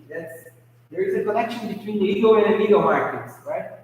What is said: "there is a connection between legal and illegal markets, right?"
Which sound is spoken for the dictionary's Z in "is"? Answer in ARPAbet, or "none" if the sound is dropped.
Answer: Z